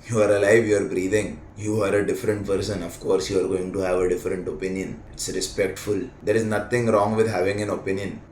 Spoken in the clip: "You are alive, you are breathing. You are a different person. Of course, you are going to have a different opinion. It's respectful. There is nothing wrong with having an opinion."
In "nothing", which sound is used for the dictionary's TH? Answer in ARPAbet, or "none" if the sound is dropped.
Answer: T